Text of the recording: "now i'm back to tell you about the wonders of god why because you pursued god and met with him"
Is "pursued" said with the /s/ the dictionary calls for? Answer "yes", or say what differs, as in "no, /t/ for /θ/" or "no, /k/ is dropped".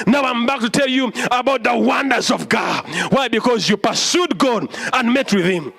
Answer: yes